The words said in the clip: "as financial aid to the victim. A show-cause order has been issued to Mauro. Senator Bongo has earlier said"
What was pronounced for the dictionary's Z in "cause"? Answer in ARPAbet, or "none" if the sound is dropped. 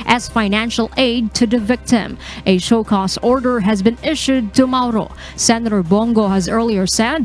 S